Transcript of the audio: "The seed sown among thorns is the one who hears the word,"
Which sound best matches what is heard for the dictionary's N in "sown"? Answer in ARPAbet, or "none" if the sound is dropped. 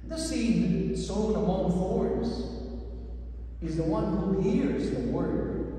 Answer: none